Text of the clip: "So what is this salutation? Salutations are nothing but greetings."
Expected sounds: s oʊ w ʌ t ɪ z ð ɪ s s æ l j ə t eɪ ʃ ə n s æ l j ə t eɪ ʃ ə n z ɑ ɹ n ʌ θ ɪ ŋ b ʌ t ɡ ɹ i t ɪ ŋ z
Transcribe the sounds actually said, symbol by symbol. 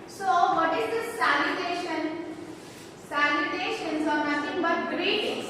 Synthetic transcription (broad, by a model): s oʊ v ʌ t ɪ z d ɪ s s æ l j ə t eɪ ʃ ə n s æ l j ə t eɪ ʃ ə n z ɑ ɹ n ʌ t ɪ ŋ b ʌ t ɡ ɹ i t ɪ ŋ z